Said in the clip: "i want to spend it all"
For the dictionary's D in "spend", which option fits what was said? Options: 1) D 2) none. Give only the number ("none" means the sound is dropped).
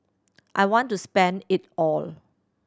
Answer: 1